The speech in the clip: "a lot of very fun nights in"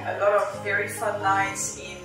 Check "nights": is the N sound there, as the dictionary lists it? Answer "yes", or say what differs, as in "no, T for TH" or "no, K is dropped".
no, L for N